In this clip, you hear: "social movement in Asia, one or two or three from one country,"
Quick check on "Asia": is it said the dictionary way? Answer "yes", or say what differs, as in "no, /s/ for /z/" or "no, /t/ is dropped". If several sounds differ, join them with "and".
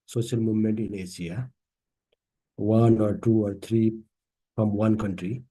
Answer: no, /s/ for /ʒ/